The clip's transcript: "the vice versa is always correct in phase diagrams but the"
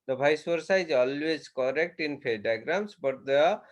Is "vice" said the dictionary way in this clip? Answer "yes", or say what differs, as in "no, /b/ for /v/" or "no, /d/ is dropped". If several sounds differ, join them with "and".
no, /b/ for /v/